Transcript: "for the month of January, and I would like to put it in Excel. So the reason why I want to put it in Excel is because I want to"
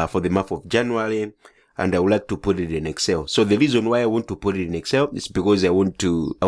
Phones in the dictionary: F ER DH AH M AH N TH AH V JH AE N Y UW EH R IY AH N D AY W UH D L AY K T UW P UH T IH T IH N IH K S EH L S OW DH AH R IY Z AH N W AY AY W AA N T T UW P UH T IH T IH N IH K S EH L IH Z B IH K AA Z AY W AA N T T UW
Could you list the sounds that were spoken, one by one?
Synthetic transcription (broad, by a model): F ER DH AH M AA TH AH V JH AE N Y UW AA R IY AH N D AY W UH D L AY K T UW P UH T IH T IH N IH K S EH L S OW DH AH R IY Z AH N W AY AY W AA N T T UW P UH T IH T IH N IH K S EH L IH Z B IH K AA Z AY W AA N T T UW